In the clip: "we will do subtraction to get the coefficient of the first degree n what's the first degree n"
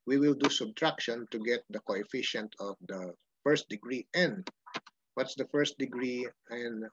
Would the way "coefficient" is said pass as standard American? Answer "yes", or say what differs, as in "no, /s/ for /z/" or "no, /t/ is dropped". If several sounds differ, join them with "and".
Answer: yes